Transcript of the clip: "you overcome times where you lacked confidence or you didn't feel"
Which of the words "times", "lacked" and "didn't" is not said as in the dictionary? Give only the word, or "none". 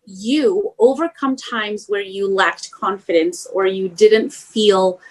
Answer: none